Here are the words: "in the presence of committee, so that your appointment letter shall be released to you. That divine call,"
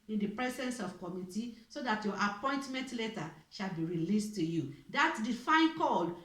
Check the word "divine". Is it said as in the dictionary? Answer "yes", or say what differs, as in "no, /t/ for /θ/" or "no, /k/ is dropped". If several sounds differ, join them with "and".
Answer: no, /f/ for /v/